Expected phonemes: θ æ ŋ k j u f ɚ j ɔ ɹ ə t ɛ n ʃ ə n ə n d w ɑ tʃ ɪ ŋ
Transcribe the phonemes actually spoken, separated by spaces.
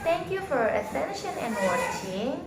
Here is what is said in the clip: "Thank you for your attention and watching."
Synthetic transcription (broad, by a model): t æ ŋ k j u f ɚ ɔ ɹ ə s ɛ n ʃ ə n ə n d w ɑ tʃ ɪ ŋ